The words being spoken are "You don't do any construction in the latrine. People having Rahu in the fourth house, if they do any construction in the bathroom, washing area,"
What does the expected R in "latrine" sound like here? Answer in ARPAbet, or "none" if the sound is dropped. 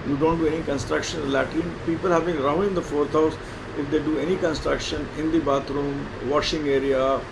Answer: none